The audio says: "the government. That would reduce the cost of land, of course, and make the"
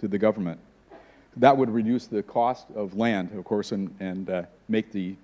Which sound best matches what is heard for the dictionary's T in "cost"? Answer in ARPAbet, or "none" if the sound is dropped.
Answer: T